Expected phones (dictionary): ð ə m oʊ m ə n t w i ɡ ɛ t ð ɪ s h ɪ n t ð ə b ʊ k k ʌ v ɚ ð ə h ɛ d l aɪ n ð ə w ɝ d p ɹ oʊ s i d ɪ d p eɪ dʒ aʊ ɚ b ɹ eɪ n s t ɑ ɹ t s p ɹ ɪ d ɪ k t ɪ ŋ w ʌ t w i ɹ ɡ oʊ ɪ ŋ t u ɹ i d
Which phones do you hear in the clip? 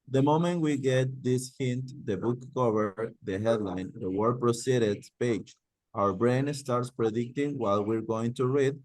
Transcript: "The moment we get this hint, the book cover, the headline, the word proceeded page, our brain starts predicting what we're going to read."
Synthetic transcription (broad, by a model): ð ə m oʊ m ə n t w i ɡ ɛ t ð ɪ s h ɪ n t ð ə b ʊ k k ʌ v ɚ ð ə h ɛ d l aɪ n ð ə w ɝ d p ɹ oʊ s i d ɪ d p eɪ dʒ aʊ ɚ b ɹ eɪ n s t ɑ ɹ t s p ɹ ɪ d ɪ k t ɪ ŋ w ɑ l w i ɹ ɡ oʊ ɪ ŋ t u ɹ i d